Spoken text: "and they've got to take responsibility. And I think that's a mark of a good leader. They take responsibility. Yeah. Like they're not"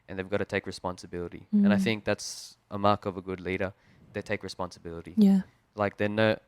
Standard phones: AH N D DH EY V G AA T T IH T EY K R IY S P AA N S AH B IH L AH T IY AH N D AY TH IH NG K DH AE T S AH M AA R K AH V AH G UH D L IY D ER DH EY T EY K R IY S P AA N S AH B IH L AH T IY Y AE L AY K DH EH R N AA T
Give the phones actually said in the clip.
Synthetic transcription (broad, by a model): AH N DH EY V G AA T T IH T EY K R IY S P AA N S AH B IH L AH T IY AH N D AY TH IH NG K DH AE T S AH M AA R K AH V AH G UH D L IY D ER DH EY T EY K R IY S P AA N S AH B IH L AH T IY Y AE L AY K DH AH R N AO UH